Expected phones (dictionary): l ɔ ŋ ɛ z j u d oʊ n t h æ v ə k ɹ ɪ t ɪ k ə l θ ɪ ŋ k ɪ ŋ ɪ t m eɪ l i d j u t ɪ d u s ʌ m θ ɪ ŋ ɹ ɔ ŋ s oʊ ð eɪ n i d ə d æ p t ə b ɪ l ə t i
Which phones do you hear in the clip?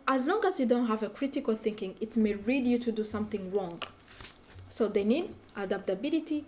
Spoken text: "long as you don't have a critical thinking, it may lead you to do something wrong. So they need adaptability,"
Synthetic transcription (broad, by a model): l ɔ ŋ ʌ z j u d oʊ n t h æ v ə k ɹ ɪ t ɪ k ə l θ ɪ ŋ k ɪ ŋ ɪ t m eɪ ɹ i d j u t ɪ d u s ʌ m θ ɪ ŋ ɹ ɔ ŋ s oʊ ð eɪ n i d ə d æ p t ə b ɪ l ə t i